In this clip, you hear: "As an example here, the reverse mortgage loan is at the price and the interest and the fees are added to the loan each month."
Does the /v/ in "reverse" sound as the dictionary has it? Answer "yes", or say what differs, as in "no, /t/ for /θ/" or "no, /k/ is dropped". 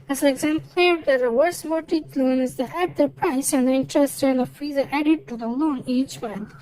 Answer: no, /w/ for /v/